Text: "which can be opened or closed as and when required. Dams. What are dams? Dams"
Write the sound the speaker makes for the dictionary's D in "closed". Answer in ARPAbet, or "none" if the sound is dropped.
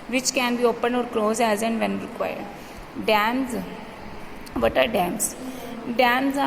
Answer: none